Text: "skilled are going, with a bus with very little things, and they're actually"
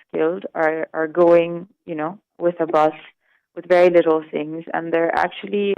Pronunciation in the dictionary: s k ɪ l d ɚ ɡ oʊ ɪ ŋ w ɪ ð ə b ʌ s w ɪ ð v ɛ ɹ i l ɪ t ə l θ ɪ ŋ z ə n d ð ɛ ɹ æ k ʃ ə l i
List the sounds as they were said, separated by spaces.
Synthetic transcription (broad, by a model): s k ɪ l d ɚ ɡ oʊ ɪ ŋ w ɪ ð ə b ʌ s w ɪ ð v ɛ ɹ i l ɪ t l θ ɪ ŋ z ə n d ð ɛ ɹ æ k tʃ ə l i